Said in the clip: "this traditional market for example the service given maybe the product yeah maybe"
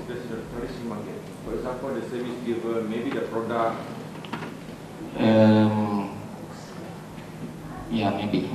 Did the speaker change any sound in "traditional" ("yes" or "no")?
yes